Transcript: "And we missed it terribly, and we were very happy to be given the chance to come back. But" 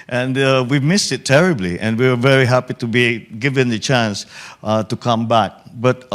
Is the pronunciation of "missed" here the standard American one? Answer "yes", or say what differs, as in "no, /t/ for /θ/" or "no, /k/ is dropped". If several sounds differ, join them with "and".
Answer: yes